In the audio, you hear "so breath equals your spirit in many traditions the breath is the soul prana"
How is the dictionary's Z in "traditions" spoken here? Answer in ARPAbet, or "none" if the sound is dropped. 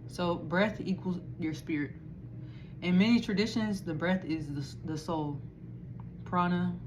Z